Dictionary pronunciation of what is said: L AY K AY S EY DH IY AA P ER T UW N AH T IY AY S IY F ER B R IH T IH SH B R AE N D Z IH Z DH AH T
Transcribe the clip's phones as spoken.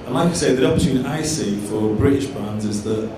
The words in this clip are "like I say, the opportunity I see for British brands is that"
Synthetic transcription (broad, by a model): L AY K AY S EY DH IY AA P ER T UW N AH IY S IY F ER B R IH T IH SH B AE N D Z IH Z DH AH T